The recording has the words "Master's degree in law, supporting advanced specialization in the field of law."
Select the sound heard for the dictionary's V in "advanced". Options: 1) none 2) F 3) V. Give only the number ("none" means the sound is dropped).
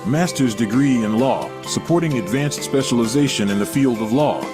3